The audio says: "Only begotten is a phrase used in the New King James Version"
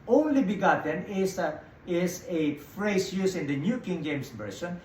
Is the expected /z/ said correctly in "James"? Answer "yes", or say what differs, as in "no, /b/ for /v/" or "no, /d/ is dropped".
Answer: no, /s/ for /z/